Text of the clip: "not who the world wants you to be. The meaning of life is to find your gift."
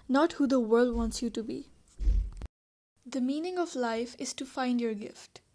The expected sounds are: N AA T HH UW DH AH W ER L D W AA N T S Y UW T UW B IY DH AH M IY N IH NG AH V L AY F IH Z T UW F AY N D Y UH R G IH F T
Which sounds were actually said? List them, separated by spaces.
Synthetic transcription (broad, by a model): N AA T HH UW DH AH W ER L D W AA N T S Y UW T UW B IY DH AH M IY N IH NG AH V L AY F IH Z T UW F AY N D Y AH R G IH F T